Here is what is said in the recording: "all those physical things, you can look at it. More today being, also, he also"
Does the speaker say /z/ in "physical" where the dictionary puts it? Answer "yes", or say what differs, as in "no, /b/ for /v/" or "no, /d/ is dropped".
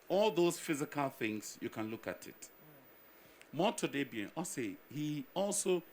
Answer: yes